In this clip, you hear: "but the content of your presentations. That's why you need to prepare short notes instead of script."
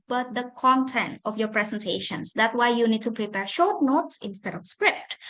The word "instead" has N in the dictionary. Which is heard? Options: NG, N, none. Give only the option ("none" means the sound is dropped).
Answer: N